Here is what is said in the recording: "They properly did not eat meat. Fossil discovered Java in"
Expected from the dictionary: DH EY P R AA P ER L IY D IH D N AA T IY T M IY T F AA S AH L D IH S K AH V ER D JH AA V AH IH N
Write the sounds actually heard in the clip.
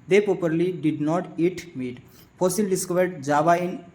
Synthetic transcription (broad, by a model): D EY P R AA P ER L IY D IH D N AA T IY T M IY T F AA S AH L D IH S K AH V ER D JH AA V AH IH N